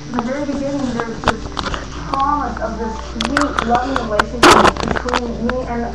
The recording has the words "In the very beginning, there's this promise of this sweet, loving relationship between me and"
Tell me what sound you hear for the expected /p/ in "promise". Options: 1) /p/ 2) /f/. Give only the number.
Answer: 2